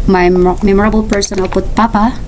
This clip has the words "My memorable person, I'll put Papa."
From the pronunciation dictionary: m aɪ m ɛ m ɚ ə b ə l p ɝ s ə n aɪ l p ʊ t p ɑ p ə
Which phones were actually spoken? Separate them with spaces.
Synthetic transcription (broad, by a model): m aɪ m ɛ m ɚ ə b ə l p ɝ s ə n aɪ l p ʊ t p ɑ p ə